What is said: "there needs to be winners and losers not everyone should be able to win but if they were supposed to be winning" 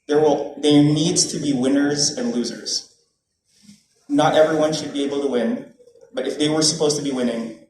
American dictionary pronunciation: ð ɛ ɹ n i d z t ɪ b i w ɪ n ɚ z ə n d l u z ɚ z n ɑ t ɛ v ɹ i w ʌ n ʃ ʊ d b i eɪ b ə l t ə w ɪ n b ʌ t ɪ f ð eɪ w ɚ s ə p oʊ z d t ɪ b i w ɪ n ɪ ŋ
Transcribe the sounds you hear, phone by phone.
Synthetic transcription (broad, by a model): ð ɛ ɹ n i d z t ɪ b i w ɪ n ɚ z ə n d l u z ɚ z n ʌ t ɛ v ɹ i w ʌ n ʃ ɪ d b i eɪ b l t ə w ɪ n b ʌ t ɪ f ð eɪ w ɚ s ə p oʊ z t ɪ b i w ɪ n ɪ ŋ